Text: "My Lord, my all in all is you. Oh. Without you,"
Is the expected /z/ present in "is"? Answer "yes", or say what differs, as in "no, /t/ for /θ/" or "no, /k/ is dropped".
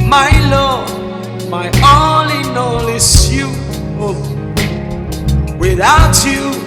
no, /s/ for /z/